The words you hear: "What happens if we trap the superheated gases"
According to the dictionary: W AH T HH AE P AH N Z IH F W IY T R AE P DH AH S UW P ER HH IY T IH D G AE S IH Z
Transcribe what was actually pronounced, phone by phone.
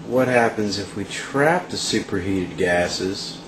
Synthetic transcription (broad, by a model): W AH T HH AE P AH N Z IH F W IY T R AE P DH AH S UW P ER HH IY T IH D G AE S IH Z